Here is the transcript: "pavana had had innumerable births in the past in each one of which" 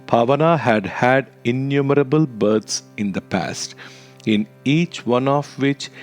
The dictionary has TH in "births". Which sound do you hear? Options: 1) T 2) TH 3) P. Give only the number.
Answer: 1